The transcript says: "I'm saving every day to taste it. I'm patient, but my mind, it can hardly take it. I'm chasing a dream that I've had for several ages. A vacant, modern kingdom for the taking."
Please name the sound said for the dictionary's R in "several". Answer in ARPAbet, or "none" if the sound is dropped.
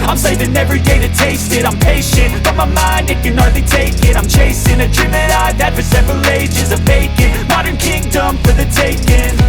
R